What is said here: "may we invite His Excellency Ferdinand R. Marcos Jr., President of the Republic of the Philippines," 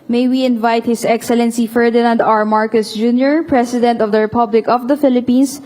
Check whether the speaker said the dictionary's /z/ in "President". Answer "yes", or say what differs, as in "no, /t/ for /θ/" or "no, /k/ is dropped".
no, /s/ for /z/